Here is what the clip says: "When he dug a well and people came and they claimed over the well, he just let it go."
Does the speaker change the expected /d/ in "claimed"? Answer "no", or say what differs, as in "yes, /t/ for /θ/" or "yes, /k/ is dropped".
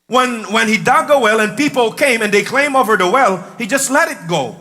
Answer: yes, /d/ is dropped